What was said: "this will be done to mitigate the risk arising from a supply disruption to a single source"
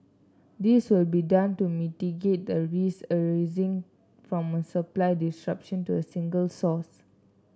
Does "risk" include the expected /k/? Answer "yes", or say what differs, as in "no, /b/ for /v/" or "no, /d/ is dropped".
no, /k/ is dropped